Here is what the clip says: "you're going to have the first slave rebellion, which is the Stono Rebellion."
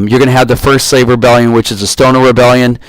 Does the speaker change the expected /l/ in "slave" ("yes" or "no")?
yes